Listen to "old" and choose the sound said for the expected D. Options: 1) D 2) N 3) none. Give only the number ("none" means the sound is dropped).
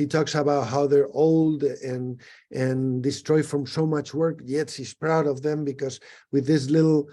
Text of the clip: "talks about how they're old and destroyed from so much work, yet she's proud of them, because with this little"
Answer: 1